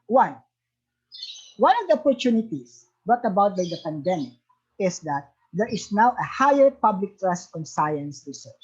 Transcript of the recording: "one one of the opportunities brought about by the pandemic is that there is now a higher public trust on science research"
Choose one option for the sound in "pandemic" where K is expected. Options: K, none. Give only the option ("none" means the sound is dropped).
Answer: K